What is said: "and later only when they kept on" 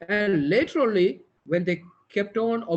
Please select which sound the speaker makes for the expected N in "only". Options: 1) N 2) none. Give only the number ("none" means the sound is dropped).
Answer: 2